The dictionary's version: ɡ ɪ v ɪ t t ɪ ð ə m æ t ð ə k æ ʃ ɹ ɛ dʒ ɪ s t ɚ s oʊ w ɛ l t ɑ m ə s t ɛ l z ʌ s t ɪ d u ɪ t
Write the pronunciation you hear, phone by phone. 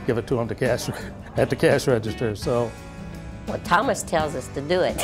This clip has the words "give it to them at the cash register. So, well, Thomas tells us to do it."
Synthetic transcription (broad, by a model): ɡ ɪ v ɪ t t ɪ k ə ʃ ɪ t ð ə k æ ʃ ɹ ɛ dʒ ɪ s t ɚ s oʊ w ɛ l t ɑ m ə s t ɛ l z ʌ s t ɪ d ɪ ɪ t